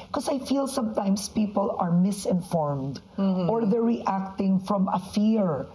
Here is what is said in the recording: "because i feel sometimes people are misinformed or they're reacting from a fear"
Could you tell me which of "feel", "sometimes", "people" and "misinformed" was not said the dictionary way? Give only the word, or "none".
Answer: sometimes